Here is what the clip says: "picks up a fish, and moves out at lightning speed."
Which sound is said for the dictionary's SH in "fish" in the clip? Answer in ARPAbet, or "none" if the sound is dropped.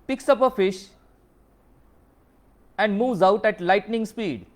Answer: SH